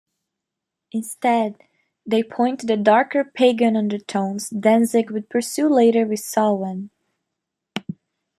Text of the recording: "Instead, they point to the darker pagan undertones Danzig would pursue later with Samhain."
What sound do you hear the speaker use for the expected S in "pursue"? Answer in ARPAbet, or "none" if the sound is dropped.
S